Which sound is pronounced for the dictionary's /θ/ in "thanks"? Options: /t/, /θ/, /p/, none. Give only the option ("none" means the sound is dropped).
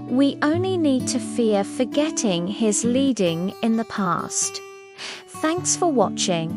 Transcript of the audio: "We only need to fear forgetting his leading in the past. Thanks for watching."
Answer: /θ/